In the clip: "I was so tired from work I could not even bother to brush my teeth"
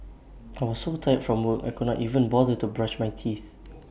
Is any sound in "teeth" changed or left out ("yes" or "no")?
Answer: no